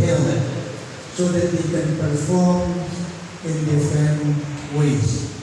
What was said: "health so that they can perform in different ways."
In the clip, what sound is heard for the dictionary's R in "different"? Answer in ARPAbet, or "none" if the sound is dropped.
none